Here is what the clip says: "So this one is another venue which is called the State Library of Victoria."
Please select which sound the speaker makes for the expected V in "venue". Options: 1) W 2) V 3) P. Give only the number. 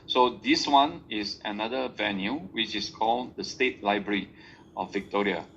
2